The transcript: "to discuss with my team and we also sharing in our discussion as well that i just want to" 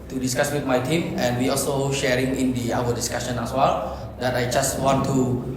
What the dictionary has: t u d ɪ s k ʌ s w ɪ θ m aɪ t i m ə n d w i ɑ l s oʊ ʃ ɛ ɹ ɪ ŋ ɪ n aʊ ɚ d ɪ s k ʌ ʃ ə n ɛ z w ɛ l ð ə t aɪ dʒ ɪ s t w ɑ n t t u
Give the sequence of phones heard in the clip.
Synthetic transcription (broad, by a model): t u d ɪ s k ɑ s w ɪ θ m aɪ t i m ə n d w i ɑ l s oʊ ʃ ɛ ɹ ɪ ŋ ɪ n aʊ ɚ d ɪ s k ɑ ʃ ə n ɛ s w ɛ l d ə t aɪ dʒ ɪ s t w ɑ n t t u